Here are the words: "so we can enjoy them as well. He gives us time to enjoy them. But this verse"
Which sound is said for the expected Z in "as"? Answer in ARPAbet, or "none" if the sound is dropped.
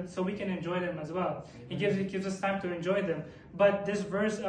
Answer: Z